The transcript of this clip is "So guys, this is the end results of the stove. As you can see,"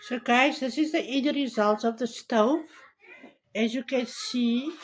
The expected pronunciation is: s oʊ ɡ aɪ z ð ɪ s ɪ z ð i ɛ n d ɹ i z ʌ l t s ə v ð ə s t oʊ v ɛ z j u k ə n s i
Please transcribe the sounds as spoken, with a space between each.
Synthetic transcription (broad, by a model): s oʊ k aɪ s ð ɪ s ɪ z ð i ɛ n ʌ ɹ i z ʌ l t s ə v ð ə s t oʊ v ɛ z j u k ə n s i